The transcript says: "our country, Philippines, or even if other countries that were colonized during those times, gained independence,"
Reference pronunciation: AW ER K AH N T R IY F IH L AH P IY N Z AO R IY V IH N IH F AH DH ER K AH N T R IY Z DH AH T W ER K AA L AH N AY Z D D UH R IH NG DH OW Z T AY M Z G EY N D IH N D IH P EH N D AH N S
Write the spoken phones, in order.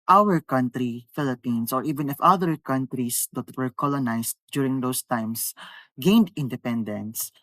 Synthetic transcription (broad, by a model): AW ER K AH N T R IY F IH L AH P IY N S AO R IY V IH N IH F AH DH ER K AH N T R IY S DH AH T W ER K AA L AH N AY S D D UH R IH NG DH OW S T AY M S G EY N D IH N D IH P EH N D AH N S